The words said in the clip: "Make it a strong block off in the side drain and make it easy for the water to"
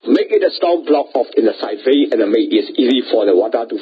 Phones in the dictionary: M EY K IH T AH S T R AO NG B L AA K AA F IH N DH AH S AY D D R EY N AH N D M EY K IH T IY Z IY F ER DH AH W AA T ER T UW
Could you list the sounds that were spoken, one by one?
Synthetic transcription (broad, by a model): M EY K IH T AH S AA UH B L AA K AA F IH N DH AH S AY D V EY AH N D M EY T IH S IY Z IY F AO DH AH W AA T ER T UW